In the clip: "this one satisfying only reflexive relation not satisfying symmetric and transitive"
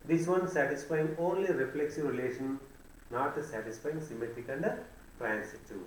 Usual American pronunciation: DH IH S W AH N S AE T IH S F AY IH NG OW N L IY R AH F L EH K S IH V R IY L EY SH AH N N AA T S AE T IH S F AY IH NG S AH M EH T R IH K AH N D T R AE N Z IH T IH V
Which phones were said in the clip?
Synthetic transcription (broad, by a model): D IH S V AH N S AE T IH S F AY IH NG OW N L IY R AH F L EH K S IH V R IY L EY SH AH N N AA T S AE T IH S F AY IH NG S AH M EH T IH K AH N D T R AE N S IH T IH